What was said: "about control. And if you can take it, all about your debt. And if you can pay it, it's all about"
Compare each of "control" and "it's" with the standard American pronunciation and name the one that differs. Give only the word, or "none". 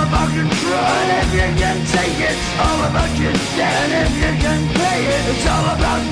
control